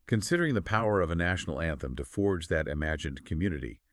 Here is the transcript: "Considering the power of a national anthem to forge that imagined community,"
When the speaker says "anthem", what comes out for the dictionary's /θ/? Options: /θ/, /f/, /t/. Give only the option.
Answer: /θ/